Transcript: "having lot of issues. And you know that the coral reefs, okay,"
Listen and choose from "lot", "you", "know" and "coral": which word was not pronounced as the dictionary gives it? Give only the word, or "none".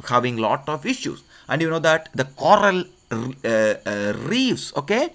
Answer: none